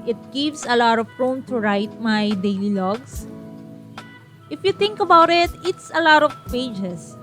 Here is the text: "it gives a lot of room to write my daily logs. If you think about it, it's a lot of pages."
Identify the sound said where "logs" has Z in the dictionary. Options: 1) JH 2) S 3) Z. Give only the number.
2